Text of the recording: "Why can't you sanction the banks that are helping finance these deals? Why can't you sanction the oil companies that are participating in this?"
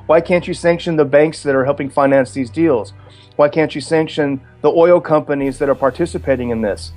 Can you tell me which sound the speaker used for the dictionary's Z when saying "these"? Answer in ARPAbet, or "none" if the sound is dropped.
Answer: Z